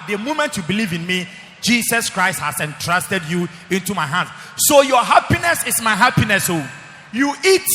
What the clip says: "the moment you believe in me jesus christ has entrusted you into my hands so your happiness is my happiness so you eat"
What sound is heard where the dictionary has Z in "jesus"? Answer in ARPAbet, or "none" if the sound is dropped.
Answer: S